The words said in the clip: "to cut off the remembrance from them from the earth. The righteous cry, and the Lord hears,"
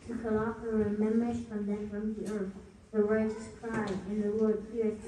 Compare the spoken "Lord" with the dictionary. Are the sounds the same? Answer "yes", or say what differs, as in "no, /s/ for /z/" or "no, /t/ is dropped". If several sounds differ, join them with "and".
no, /w/ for /l/